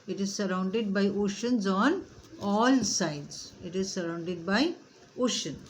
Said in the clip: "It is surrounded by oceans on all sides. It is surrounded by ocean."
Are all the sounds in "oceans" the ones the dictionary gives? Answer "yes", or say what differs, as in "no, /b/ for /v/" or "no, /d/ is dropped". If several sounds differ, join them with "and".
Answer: yes